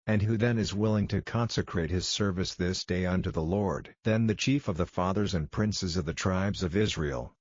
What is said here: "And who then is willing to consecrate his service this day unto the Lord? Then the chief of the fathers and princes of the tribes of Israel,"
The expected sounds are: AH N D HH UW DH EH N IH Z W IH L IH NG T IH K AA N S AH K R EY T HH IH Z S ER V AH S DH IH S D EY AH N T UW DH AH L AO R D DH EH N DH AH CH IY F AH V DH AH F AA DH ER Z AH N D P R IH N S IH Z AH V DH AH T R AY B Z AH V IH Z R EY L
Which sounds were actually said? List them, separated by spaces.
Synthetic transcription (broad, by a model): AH N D HH UW DH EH N IH Z W IH L IH NG T IH K AA N S AH K R EY T HH IH Z S ER V AH S DH IH S D EY AH N T UW DH AH L AO R D DH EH N DH AH CH IY F AH V DH AH F AA DH ER Z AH N P R IH N S IH Z AH V DH AH T R AY B Z AH V IH Z R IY L